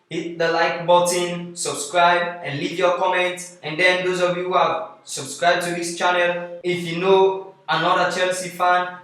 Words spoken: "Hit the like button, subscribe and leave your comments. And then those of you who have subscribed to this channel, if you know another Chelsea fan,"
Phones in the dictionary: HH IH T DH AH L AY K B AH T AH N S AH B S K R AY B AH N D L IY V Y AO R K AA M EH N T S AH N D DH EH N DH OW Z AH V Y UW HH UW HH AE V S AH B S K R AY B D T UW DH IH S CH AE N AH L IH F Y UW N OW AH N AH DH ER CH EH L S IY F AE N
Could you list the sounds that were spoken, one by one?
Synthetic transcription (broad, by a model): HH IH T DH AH L AY K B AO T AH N S AH B S K R AY B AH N L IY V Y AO K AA M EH N T AH N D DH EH N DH OW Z AH V Y UW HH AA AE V S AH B S K R AY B T UW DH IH S CH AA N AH L IH F Y UW N OW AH N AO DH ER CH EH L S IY F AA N